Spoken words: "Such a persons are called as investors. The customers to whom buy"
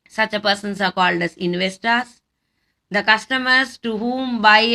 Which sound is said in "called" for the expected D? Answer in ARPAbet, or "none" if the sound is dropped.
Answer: D